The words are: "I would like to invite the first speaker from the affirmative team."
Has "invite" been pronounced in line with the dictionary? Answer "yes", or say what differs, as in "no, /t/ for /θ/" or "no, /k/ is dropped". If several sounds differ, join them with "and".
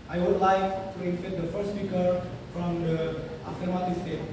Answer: no, /f/ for /v/